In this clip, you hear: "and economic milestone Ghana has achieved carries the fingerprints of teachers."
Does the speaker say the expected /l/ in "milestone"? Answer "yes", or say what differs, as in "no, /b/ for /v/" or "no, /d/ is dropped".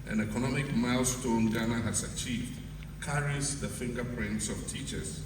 yes